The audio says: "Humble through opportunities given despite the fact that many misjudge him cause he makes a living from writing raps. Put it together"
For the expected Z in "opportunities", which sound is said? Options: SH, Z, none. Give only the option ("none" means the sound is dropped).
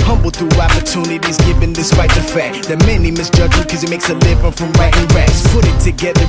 Z